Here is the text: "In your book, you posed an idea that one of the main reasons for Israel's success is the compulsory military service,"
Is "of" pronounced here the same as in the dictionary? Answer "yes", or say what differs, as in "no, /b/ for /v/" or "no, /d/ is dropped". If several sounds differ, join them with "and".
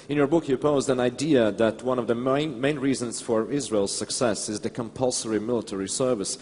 yes